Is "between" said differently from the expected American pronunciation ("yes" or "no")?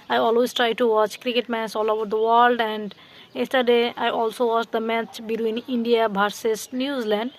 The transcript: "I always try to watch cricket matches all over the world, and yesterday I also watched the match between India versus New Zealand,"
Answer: no